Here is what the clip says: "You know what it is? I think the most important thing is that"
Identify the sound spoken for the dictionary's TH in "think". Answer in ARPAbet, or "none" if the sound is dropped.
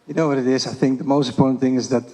TH